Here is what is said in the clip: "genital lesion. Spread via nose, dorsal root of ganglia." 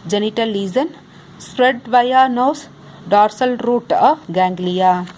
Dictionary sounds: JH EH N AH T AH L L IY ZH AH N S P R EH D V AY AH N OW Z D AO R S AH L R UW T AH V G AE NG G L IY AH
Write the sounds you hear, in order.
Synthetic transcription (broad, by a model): JH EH N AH T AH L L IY Z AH N S P R EH D V AY AH N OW S D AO R S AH L R UW T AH G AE NG G L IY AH